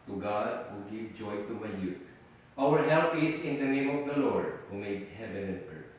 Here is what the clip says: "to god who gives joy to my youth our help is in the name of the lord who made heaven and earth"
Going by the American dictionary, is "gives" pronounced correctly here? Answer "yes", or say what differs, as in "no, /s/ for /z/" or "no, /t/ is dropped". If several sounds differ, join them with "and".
no, /z/ is dropped